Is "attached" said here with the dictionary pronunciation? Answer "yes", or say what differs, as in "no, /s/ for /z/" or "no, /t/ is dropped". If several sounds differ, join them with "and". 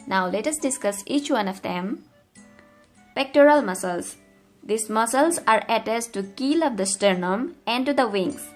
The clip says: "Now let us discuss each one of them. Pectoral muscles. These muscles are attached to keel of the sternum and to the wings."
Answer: no, /s/ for /tʃ/